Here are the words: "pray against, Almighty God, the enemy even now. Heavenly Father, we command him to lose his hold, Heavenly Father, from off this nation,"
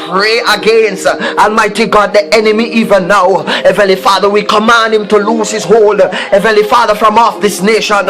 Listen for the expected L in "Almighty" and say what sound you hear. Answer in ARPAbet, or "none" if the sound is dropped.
N